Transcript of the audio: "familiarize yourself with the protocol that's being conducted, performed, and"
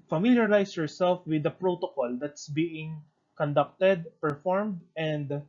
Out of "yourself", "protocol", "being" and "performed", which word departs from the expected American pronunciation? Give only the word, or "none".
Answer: none